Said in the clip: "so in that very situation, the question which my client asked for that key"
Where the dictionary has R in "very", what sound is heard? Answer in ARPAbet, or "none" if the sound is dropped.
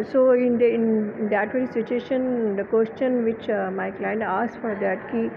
none